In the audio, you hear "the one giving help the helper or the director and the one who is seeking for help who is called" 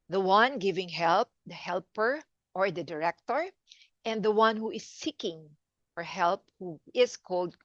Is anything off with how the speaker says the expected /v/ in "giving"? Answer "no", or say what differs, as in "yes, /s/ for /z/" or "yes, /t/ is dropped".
no